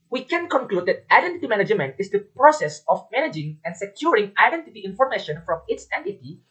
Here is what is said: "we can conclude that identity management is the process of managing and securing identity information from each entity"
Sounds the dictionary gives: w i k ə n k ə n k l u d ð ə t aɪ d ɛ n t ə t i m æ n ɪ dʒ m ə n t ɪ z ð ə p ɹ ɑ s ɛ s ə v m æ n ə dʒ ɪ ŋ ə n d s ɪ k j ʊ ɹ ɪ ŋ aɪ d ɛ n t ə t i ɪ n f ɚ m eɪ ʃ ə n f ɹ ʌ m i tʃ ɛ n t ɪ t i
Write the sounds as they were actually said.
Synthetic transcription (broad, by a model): w i k ə n k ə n k l u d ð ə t aɪ d ɛ n t ə t i m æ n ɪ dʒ m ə n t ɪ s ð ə p ɹ ɑ s ɛ s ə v m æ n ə dʒ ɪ ŋ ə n s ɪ k j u ɹ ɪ ŋ aɪ d ɛ n t ə t i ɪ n f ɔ m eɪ ʃ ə n f ɹ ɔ m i s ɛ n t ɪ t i